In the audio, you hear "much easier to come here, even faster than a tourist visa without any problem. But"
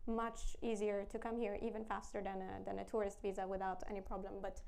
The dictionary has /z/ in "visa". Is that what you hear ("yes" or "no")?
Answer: yes